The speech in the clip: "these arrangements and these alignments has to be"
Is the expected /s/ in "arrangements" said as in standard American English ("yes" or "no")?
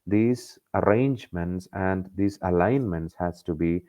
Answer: yes